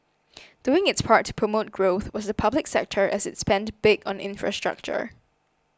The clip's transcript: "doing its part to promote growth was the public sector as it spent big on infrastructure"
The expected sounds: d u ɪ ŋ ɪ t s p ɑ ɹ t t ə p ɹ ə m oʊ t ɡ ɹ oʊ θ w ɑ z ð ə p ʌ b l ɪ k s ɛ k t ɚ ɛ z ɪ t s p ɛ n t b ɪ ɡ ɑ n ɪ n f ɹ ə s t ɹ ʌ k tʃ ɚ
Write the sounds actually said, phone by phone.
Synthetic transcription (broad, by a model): d u ɪ ŋ ɪ t s p ɑ ɹ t t ə p ɹ ə m oʊ t ɡ ɹ oʊ θ w ɑ z ð ə p ʌ b l ɪ k s ɛ k t ɚ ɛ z ɪ t s p ɛ n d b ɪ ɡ ɑ n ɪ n f ɹ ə s t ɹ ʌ k tʃ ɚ